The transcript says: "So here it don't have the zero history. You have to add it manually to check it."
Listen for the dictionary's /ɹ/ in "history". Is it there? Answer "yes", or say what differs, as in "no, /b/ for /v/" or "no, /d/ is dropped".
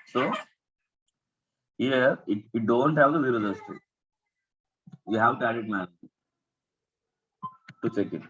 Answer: no, /ɹ/ is dropped